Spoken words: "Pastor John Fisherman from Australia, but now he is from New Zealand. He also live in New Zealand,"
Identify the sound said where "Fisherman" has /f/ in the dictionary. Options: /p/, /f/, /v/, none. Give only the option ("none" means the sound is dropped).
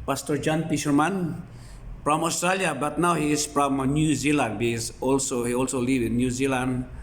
/p/